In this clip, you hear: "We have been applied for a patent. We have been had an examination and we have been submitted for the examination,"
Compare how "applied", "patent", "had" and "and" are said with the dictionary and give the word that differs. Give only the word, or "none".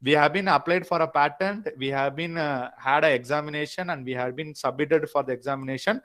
none